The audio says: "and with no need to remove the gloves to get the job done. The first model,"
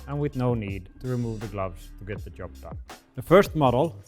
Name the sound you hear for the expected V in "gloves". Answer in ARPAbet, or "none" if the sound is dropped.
V